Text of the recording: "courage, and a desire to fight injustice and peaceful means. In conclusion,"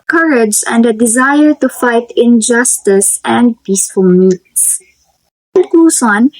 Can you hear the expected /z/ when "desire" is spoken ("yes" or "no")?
yes